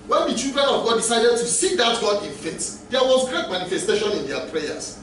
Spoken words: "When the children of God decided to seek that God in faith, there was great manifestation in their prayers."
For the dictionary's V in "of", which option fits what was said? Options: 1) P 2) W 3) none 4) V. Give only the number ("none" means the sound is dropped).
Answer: 4